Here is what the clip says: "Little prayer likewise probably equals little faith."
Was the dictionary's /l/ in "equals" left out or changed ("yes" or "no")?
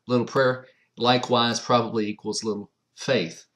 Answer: no